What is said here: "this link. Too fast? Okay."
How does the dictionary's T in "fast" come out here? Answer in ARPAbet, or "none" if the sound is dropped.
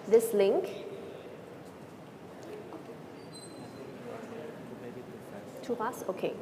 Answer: none